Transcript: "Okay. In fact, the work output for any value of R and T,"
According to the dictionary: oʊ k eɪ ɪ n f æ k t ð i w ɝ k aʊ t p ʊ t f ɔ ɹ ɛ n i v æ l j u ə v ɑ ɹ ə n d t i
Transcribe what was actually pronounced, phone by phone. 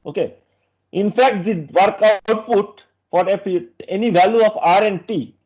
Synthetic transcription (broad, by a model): oʊ k eɪ ɪ n f æ k t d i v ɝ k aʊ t f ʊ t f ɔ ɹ ɛ n i v æ l j u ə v ɑ ɹ ə n d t i